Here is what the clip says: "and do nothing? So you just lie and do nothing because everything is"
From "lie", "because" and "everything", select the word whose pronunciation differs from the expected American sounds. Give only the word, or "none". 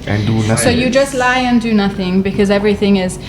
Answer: none